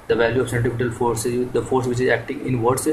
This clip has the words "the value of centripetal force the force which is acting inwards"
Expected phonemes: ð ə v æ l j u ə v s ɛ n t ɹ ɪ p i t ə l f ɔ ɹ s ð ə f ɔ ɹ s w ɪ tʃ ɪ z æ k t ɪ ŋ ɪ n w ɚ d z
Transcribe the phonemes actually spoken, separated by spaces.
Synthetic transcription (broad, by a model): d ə v æ l j u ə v s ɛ n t ɪ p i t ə l f ɔ ɹ s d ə f ɔ ɹ s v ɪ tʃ ɪ z æ k t ɪ ŋ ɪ n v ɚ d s